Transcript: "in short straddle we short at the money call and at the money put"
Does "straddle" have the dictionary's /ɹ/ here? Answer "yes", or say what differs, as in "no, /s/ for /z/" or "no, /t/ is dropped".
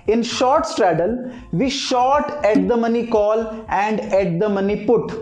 yes